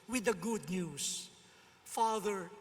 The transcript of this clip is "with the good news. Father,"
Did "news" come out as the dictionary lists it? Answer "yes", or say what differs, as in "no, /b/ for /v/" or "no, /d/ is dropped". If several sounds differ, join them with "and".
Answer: no, /s/ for /z/